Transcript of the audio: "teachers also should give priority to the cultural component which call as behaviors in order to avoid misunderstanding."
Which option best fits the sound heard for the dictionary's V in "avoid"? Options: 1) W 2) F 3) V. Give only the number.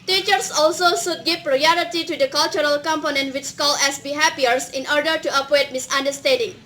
1